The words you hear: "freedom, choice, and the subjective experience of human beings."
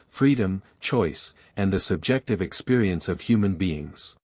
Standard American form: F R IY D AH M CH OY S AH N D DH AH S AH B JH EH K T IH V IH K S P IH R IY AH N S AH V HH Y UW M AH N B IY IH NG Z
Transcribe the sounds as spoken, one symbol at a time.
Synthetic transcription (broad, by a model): F R IY D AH M CH OY S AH N DH AH S AH B JH EH K T IH V IH K S P IH R IY AH N S AH V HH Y UW M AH N B IY IH NG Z